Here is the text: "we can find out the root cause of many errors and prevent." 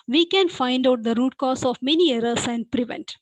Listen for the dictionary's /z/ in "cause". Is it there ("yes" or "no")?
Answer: no